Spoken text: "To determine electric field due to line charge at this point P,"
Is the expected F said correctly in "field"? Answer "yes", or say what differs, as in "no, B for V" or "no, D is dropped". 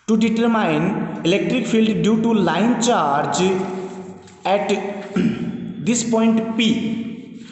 no, P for F